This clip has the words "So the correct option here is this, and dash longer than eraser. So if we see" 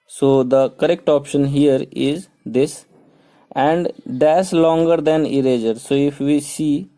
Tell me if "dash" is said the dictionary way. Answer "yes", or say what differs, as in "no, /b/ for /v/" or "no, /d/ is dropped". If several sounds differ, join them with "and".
no, /s/ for /ʃ/